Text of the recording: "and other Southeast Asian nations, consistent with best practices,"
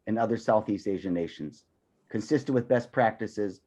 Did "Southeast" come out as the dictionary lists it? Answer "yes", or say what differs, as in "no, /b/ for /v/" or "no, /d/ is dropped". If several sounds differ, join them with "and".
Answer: yes